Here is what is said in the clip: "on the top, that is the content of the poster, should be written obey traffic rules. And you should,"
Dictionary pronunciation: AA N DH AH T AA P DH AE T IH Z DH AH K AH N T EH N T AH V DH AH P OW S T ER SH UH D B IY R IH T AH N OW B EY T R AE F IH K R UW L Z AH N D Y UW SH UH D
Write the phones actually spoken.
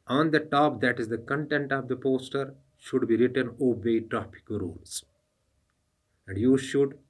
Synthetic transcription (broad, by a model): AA N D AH T AA P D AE T IH Z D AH K AH N T EH N T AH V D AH P OW S T ER SH UH D B IY R IH T AH N OW B EY T R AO P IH K R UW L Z AH N D Y UW SH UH D